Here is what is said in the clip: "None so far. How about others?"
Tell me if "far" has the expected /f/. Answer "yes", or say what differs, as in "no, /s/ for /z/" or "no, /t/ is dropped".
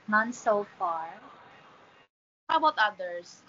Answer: yes